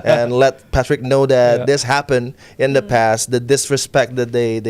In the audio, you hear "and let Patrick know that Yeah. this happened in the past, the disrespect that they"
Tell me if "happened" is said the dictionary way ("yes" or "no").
yes